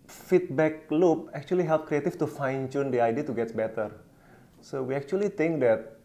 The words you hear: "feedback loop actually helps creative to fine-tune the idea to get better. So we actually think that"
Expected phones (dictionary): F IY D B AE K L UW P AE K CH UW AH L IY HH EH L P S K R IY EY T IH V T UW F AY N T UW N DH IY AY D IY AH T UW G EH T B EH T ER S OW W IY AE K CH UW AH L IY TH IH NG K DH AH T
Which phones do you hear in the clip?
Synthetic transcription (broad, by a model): F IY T B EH K L UW P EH K CH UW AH L IY HH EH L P K R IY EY T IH F T UW F AY N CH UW N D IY AY D IY AH T UW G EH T B EH T ER S OW W IY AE K CH UW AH L IY T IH NG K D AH T